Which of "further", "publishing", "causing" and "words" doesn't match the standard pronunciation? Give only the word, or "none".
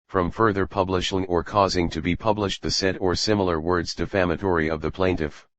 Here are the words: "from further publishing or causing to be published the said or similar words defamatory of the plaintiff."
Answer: none